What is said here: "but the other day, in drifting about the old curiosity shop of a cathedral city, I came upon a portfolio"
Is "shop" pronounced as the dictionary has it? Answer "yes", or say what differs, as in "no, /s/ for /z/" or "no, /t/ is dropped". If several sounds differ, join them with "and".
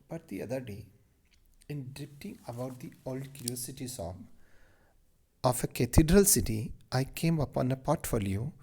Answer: no, /s/ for /ʃ/